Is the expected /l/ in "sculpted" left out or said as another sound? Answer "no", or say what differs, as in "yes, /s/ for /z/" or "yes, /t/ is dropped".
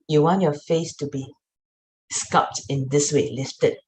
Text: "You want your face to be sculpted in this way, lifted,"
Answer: yes, /l/ is dropped